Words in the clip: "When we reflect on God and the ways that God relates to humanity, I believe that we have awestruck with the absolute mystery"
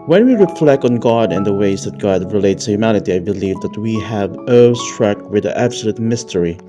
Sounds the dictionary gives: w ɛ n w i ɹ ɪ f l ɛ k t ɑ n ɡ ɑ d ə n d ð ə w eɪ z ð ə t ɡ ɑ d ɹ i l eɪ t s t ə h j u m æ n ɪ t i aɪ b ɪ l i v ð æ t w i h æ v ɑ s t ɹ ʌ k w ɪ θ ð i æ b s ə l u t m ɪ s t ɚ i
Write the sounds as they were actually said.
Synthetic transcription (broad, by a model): w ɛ n w i ɹ ɪ f l ɛ k t n ɡ ɑ d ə n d ð ə w eɪ z ð ə t ɡ ɑ d ɹ i l eɪ t s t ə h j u m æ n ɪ t i aɪ b ɪ l i v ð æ t w i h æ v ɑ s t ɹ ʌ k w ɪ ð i æ b s ə l u t m ɪ s t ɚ i